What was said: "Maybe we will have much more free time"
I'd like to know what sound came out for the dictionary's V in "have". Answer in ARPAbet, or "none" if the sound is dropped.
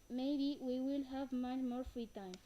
V